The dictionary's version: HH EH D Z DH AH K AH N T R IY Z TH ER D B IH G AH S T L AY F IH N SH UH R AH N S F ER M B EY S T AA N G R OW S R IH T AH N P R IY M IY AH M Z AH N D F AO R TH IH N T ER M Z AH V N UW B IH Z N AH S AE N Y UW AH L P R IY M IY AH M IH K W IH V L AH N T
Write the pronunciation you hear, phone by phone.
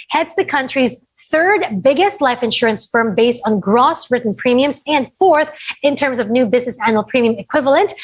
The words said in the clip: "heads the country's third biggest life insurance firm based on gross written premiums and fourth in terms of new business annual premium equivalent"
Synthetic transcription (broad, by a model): HH EH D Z DH AH K AH N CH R IY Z TH ER D B IH G AH S T L AY F IH N SH UH R AH N S F ER M B EY S T N G R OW S R IH T N P R IY M IY AH M Z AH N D F AO R TH IH N T ER M Z AH V N UW B IH Z N AH S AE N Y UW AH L P R IY M IY AH M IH K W IH V L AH N T